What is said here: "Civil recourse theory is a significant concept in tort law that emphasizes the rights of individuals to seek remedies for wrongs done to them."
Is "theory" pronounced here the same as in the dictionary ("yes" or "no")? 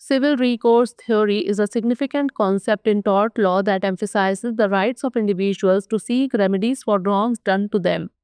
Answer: no